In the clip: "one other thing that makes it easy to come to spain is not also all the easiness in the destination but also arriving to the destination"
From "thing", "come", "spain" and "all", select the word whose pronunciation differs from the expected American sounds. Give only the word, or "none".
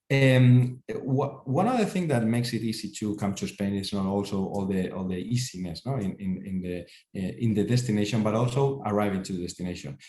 none